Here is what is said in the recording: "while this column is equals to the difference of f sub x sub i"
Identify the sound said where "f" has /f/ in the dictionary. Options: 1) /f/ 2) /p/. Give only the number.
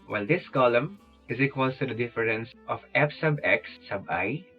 2